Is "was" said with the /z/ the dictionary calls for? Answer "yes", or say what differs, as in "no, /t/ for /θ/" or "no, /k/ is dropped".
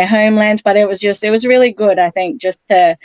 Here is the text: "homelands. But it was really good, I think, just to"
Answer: yes